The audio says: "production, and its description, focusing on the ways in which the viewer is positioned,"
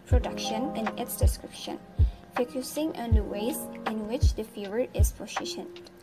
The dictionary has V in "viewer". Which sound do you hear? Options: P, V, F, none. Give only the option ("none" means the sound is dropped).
F